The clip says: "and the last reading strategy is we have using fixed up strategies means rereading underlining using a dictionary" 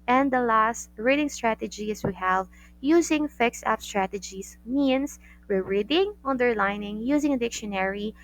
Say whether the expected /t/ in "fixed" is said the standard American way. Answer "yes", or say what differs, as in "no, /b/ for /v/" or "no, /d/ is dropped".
no, /t/ is dropped